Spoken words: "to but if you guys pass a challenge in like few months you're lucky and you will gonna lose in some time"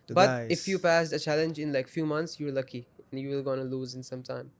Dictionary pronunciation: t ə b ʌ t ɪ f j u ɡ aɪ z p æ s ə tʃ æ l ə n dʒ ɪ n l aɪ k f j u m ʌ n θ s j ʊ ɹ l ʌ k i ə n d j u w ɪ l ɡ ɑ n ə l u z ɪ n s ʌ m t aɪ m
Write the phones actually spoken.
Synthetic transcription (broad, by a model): b ʌ t ɪ f j u p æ s ə tʃ æ l ə n dʒ ɪ n l aɪ k f j u m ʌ n t s j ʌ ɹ l ʌ k i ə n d j u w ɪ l ɡ ɑ n ə l u z ɪ n s ʌ m t aɪ m